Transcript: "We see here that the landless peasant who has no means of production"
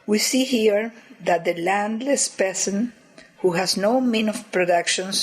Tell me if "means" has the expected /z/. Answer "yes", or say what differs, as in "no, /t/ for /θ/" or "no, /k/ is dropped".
no, /z/ is dropped